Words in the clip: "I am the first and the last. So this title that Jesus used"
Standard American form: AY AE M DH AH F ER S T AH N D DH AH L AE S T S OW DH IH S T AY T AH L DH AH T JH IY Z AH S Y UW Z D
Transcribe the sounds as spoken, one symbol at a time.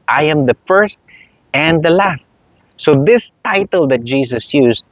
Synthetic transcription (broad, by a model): AY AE M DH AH F ER S T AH N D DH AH L AE S T S OW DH IH S T AY T AH L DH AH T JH IY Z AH S Y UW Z